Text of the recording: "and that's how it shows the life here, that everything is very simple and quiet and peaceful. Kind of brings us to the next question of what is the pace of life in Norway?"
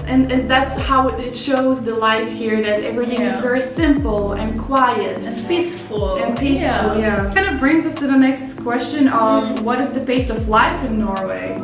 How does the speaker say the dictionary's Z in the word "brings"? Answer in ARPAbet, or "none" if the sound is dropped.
Z